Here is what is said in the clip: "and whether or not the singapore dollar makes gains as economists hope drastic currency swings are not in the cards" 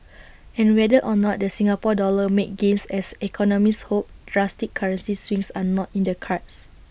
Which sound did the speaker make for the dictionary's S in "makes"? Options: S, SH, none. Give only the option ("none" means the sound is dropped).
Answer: none